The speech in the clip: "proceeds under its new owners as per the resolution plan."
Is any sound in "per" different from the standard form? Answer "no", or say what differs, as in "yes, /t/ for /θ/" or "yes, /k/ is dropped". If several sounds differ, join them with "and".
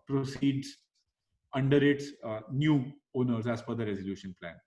yes, /f/ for /p/